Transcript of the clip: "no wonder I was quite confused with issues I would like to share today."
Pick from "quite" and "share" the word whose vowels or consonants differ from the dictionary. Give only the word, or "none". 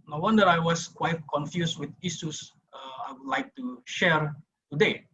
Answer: none